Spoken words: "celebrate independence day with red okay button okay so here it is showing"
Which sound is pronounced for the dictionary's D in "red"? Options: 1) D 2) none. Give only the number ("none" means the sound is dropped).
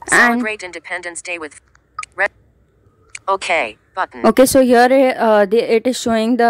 2